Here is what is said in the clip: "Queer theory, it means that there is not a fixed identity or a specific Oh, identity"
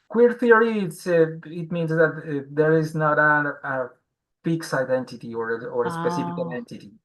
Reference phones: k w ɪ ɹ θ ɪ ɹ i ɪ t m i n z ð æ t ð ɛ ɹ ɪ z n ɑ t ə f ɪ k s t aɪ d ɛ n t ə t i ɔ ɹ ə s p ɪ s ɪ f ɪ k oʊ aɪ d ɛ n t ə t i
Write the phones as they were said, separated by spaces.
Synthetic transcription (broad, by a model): k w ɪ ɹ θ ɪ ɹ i ɪ t m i n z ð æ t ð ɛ ɹ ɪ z n ɑ t ə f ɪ k s aɪ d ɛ n t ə t i ɔ ɹ ə s p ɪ s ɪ f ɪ k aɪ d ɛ n t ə t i